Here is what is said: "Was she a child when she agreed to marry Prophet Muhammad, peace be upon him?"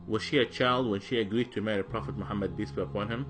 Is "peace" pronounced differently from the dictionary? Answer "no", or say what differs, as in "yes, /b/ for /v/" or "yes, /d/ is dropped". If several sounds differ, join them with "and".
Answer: yes, /b/ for /p/